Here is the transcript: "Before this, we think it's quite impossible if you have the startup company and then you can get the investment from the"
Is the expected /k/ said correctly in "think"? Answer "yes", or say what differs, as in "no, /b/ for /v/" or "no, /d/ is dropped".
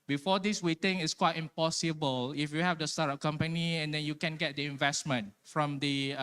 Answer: no, /k/ is dropped